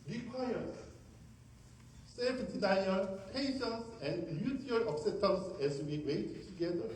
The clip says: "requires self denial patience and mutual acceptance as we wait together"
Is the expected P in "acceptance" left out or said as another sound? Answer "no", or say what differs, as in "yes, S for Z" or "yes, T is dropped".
yes, P is dropped